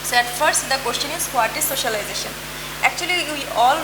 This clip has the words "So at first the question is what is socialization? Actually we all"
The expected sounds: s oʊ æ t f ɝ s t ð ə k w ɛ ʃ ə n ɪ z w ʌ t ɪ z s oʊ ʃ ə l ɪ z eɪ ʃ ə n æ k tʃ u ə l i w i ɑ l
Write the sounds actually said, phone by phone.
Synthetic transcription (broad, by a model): s oʊ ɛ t f ɝ s t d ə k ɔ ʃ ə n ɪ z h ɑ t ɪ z s oʊ ʃ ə l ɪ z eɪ ʃ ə n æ k tʃ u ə l i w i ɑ l